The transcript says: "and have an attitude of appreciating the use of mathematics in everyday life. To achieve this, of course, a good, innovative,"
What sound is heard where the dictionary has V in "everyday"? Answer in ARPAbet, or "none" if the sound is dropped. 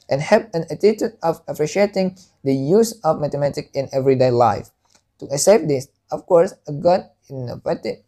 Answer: V